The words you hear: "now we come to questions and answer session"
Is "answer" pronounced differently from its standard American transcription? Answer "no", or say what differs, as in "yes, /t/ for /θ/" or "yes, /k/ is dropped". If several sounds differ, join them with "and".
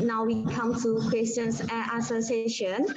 yes, /n/ is dropped